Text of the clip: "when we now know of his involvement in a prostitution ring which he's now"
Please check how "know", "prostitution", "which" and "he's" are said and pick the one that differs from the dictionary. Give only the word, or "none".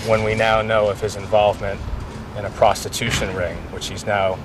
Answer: none